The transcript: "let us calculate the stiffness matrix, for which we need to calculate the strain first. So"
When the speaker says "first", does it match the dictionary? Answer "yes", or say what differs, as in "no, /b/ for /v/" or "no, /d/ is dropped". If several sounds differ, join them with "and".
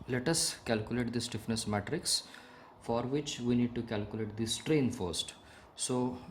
yes